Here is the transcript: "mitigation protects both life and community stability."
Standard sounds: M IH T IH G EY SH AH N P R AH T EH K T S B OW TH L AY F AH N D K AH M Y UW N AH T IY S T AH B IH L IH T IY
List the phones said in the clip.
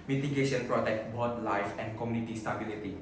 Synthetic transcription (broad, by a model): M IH T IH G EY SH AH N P R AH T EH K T B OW T L AY F AH N D K AH M Y UW N AH T IY S T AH B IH L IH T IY